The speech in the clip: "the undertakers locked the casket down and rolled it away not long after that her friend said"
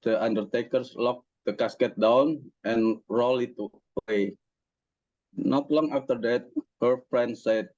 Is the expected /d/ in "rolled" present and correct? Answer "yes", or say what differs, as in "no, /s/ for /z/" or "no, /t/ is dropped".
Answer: no, /d/ is dropped